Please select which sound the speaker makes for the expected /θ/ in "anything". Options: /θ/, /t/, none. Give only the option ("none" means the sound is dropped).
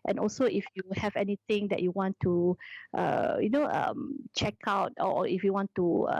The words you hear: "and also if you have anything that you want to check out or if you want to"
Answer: /t/